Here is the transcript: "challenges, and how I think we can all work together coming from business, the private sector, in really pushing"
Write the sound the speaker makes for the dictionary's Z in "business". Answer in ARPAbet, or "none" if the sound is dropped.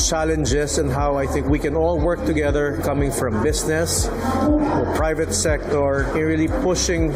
S